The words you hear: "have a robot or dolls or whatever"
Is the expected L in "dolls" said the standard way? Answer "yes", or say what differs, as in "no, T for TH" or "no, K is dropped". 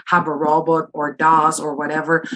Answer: no, L is dropped